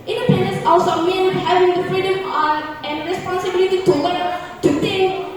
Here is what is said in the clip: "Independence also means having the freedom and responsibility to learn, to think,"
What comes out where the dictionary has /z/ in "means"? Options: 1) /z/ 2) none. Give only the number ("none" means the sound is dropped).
2